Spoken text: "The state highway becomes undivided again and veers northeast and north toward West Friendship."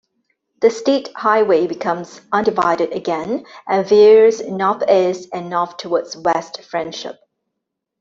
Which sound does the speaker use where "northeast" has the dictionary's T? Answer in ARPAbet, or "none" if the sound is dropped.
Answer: none